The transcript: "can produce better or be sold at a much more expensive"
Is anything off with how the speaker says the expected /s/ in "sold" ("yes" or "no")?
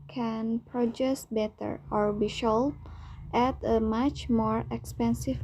yes